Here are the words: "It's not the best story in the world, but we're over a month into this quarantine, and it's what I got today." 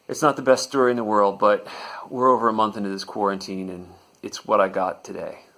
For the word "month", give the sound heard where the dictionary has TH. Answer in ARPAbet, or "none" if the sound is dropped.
TH